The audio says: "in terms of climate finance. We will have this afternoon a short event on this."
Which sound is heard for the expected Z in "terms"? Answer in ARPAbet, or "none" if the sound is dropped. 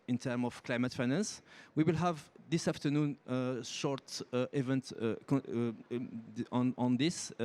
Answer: none